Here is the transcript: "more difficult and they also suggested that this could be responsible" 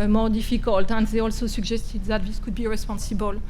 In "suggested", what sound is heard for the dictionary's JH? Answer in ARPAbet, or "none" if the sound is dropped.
ZH